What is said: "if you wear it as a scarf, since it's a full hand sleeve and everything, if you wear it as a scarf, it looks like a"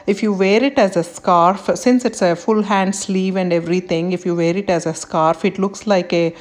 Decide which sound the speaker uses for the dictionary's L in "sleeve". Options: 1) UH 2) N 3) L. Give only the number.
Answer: 3